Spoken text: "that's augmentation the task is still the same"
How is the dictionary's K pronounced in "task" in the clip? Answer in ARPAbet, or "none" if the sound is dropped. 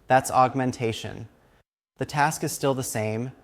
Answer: K